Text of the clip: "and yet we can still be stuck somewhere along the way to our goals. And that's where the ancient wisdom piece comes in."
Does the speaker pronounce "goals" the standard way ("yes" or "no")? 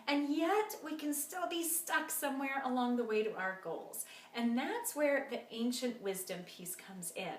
yes